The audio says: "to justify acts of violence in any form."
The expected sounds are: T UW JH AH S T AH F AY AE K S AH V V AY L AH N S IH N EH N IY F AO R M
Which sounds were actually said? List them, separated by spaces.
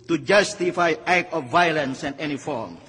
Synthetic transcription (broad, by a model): T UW JH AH S T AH F AY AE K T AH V V AY L AH N S IH N EH N IY F AO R M